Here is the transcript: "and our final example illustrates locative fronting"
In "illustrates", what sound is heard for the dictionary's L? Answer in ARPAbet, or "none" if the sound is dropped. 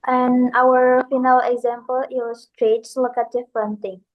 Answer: W